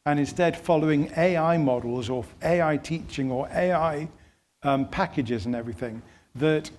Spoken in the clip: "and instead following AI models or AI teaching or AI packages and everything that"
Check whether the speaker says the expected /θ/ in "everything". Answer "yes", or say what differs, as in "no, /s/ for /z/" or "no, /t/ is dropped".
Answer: yes